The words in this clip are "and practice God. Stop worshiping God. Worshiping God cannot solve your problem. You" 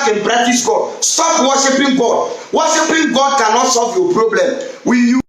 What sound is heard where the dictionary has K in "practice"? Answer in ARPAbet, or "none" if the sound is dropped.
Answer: none